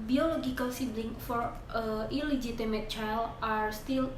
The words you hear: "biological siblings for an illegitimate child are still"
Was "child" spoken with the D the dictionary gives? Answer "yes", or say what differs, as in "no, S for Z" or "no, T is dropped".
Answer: no, D is dropped